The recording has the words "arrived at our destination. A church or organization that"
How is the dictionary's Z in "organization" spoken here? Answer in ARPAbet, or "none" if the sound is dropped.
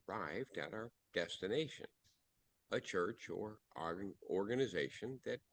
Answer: Z